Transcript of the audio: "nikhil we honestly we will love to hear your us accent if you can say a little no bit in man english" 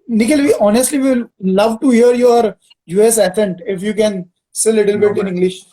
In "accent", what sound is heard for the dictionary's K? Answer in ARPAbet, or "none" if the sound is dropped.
none